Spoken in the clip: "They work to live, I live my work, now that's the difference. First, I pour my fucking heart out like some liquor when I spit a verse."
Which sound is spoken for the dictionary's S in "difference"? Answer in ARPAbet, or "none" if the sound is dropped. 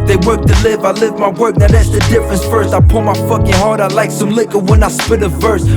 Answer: S